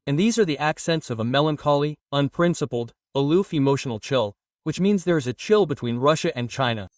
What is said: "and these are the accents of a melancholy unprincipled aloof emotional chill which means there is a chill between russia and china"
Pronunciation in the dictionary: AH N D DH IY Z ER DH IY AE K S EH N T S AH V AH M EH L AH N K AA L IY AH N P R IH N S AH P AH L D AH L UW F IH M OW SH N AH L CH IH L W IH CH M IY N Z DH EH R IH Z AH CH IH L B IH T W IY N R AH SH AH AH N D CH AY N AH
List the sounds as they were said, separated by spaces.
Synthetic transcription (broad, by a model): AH N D DH IY Z ER DH IY AE K S EH N T S AH V AH M EH L AH N K AA L IY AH N P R IH N S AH P L D AH L UW F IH M OW SH N L CH IH L W IH CH M IY N Z DH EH R IH Z AH CH IH L B IH T W IY N R AH SH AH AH N CH AY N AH